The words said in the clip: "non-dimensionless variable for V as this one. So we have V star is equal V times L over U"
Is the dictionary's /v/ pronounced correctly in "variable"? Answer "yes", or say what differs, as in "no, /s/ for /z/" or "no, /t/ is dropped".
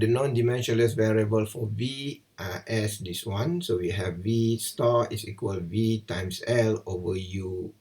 yes